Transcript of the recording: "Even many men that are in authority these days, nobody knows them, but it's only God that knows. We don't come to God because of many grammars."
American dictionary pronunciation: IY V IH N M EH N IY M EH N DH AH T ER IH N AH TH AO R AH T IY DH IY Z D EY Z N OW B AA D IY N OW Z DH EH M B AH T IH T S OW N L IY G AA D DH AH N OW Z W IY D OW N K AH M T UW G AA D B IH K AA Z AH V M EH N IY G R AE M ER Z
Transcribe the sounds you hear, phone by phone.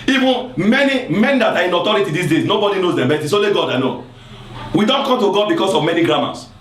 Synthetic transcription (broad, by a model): IY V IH N M EH N IY M EH N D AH T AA IH N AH T AO R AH T IY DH IY S D EY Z N OW B AA D IY N OW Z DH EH M B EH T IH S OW L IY G AA D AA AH N OW W IY D OW N K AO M T UW G AA D B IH K AA S AH V M EH N IY G R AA M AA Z